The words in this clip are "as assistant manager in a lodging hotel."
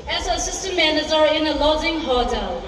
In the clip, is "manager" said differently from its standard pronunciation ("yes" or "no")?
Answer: yes